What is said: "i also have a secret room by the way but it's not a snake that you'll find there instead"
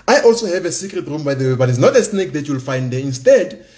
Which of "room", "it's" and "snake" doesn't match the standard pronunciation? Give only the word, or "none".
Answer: none